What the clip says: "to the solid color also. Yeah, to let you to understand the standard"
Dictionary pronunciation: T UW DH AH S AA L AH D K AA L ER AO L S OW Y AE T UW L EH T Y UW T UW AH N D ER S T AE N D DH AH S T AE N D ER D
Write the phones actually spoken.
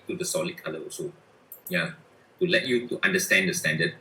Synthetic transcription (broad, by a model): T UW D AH S AA L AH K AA L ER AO S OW Y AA T UW L EH T Y UW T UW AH N D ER S T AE N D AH S T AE N D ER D